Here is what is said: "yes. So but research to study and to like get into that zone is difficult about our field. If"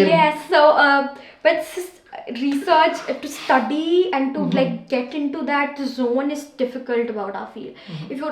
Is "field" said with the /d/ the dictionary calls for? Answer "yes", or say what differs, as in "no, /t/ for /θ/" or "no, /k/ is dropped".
no, /d/ is dropped